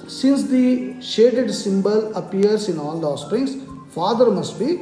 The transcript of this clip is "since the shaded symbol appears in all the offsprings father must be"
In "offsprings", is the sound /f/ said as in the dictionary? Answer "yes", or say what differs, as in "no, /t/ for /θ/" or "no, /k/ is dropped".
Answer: no, /f/ is dropped